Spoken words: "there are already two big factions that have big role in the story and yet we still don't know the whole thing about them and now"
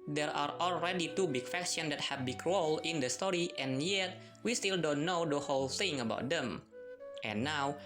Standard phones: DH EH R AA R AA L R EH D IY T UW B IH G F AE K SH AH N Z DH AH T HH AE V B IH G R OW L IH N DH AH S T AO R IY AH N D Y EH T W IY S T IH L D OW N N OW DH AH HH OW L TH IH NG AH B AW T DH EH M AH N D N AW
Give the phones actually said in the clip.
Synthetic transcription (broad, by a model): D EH R AA R AA L R EH D IY T UW B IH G F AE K S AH N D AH T HH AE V B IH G R OW L IH N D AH S T AO R IY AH N Y EH T W IY S T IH L D OW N N OW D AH HH OW L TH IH NG AH B AW T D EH M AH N N AW